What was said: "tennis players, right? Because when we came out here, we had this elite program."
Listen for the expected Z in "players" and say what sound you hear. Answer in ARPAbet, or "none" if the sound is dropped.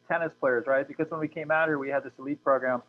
Z